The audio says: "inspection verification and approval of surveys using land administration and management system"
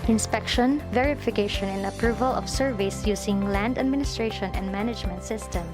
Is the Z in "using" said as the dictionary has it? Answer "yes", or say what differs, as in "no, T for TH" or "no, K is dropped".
no, S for Z